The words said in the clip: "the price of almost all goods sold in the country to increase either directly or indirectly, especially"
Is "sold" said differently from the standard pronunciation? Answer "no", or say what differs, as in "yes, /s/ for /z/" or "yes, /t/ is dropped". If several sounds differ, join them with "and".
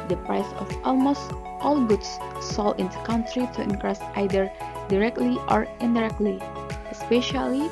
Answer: yes, /d/ is dropped